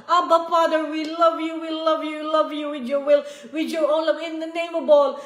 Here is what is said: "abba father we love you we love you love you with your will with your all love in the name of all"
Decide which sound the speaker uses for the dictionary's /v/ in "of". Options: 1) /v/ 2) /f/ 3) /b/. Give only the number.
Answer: 3